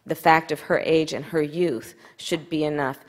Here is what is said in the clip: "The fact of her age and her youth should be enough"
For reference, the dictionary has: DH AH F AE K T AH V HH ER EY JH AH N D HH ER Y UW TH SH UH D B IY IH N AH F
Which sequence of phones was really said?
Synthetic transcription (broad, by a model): DH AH F AE K T AH V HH ER EY JH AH N ER Y UW TH SH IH D B IY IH N AH F